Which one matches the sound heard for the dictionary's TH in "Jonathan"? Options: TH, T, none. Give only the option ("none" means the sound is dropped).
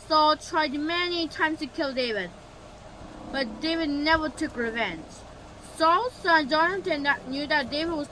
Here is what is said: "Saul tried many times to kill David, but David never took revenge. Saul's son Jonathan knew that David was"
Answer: T